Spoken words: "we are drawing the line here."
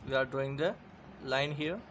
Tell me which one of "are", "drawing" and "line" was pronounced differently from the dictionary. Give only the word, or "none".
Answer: drawing